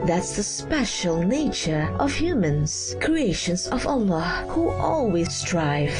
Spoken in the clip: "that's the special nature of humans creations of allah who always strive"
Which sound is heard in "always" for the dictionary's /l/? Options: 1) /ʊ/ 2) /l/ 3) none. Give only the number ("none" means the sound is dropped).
2